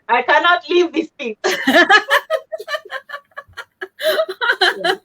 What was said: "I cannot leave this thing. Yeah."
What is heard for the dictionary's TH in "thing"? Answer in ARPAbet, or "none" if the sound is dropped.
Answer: T